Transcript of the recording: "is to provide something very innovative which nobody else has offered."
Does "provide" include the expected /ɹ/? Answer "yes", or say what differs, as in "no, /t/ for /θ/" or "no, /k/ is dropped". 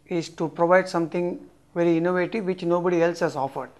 yes